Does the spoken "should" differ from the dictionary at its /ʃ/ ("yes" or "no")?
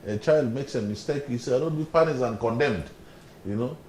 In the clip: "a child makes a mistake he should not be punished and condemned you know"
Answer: yes